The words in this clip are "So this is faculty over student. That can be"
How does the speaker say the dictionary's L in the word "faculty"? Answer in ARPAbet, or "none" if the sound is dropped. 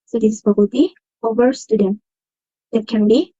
none